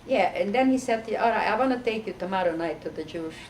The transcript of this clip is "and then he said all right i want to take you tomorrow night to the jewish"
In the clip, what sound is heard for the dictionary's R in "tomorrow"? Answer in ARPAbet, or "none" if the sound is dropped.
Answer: R